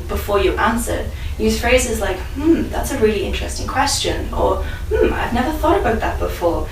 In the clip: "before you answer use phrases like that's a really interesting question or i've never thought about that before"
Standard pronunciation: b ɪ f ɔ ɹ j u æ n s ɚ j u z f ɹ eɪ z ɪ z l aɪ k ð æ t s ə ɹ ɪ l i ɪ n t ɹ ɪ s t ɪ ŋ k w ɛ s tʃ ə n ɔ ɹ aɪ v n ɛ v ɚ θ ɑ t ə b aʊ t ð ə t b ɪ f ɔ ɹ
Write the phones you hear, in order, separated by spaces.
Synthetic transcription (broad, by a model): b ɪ f ɔ ɹ j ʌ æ n s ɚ j u z f ɹ eɪ z ɪ z l aɪ k ð æ t s ə ɹ ɪ l i ɪ n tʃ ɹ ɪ s t ɪ ŋ k w ɛ s tʃ ə n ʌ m aɪ v n ɛ v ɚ θ ɑ t ə b aʊ t ð ə t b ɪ f ɔ ɹ